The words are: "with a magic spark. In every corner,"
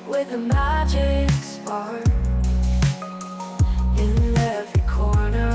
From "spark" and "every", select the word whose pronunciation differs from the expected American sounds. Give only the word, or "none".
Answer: spark